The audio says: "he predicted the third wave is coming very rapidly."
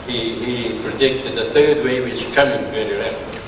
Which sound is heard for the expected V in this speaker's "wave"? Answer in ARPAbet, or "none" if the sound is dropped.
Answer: W